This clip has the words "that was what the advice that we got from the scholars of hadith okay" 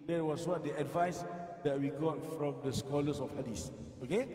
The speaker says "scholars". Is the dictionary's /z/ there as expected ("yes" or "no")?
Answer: no